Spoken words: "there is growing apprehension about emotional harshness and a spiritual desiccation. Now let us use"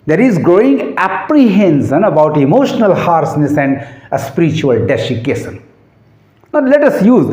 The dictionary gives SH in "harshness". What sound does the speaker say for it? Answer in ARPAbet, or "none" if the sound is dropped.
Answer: S